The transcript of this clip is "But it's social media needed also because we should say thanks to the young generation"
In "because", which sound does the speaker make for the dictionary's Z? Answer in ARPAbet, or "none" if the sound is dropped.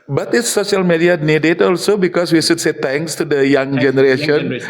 S